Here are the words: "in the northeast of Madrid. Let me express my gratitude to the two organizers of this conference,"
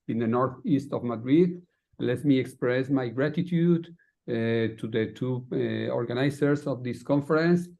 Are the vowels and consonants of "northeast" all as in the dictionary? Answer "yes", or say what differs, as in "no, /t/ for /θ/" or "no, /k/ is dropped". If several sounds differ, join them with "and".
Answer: yes